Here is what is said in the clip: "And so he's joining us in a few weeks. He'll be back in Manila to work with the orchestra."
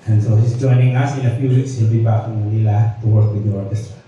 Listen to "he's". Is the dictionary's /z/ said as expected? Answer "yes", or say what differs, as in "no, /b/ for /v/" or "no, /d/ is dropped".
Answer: no, /s/ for /z/